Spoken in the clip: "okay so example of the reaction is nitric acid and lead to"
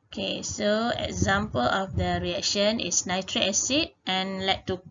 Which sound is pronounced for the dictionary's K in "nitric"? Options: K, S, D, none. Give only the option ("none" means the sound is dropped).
none